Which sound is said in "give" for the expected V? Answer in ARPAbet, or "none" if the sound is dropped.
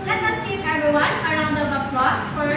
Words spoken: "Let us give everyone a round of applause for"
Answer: P